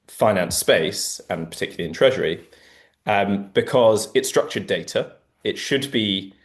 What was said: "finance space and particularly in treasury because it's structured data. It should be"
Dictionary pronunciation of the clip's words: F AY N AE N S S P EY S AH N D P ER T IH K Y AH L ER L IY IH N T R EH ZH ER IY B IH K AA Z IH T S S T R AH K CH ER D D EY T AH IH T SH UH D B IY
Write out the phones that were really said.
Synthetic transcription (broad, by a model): F AY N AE N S S P EY S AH N P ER T IH K Y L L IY IH N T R EH ZH ER IY B IH K AA Z IH T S S T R AH K CH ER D D EY T AH IH T SH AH D B IY